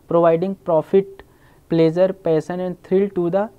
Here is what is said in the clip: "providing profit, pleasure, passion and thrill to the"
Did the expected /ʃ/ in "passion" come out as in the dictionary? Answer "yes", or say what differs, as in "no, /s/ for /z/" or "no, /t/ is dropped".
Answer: no, /s/ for /ʃ/